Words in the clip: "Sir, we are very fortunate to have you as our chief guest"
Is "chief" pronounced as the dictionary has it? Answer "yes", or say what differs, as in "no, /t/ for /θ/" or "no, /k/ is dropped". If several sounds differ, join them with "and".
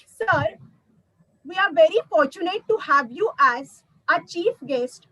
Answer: yes